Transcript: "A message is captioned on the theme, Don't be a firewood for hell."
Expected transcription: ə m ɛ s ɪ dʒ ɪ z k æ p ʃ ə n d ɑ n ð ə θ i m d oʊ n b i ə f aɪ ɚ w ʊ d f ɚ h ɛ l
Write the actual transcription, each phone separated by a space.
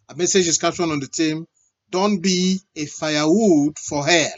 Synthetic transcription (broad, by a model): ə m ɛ s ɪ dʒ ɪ s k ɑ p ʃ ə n ɑ n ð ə t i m d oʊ n b i ə f aɪ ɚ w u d f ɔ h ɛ